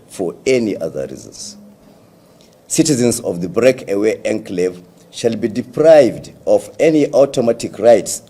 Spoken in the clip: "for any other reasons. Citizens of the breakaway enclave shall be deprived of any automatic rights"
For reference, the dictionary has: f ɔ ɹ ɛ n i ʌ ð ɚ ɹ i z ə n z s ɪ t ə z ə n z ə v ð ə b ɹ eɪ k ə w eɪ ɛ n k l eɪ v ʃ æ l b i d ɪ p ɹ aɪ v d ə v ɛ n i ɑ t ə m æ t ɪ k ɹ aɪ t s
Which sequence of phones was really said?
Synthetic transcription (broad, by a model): f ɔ ɹ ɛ n i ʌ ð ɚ ɹ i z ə n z s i t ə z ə n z ə v ð ə b ɹ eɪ k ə w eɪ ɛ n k l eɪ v ʃ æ l b i d ɪ p ɹ aɪ v d ə v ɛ n i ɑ t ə m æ t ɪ k ɹ aɪ t s